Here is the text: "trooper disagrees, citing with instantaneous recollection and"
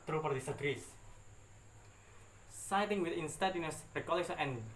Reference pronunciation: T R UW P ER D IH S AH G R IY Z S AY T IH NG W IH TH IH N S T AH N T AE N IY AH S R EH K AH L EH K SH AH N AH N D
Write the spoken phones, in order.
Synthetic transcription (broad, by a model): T R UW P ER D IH S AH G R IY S S AY T IH NG W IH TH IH N S T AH T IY N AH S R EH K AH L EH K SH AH AH N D